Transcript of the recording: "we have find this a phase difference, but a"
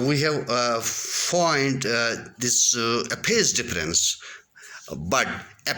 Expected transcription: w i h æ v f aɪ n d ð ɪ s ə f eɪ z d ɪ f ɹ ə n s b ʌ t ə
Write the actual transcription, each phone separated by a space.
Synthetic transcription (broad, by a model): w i h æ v f aɪ n d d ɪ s ə p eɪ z d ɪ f ɹ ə n s b ʌ t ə